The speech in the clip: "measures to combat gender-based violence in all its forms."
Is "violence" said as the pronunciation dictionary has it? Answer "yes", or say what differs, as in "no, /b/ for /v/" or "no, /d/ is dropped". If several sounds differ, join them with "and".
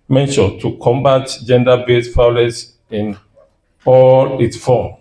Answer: no, /n/ is dropped